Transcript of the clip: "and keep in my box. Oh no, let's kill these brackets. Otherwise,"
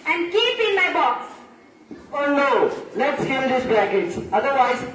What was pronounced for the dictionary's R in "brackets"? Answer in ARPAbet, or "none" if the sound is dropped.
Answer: none